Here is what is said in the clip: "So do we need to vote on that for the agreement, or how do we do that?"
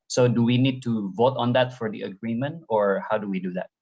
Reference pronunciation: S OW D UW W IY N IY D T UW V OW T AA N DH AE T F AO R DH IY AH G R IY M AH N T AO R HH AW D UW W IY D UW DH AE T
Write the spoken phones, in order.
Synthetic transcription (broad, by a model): S OW D UW W IY N IY D T UW V OW T AA N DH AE T F AO R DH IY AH G R IY M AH N T AO R HH AW D UW W IY D UW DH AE T